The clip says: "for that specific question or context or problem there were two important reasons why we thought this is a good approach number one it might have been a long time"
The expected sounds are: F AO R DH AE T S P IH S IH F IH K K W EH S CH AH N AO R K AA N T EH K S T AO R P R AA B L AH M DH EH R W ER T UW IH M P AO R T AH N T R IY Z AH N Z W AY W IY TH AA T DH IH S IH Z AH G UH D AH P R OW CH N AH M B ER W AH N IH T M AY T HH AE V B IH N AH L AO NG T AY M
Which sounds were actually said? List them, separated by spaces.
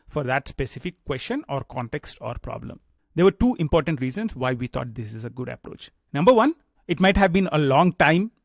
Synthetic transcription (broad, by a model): F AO R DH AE T S P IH S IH F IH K K W EH S CH AH N AO R K AA N T EH K S T AO R P R AA B L AH M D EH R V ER T UW IH M P AO R T AH N T R IY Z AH N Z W AY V IY T AA T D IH S IH Z AH G UH D AH P R OW CH N AH M B ER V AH N IH T M AY T HH AE V B IH N AH L AO NG T AY M